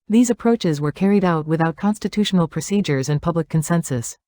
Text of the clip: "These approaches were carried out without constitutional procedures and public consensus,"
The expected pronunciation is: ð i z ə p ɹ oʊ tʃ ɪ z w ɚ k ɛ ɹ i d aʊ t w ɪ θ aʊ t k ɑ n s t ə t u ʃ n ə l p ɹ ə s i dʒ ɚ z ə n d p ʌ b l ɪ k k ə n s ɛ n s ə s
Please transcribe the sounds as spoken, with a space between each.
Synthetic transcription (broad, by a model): ð i z ə p ɹ oʊ tʃ ɪ z w ɚ k ɛ ɹ i d aʊ t w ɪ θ aʊ t k ɑ n s t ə t u ʃ n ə l p ɹ ə s i dʒ ɚ z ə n p ʌ b l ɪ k k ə n s ɛ n s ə s